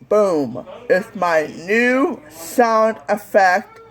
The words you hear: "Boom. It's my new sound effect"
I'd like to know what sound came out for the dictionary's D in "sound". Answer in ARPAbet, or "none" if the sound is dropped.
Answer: D